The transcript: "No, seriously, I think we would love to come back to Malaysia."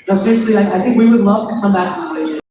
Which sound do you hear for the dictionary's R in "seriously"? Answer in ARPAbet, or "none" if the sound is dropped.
L